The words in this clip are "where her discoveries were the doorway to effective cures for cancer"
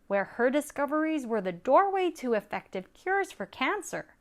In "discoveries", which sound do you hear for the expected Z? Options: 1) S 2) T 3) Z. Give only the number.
3